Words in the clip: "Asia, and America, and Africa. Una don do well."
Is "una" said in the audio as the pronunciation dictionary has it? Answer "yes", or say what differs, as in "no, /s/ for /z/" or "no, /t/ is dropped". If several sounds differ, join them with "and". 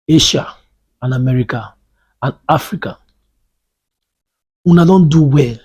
yes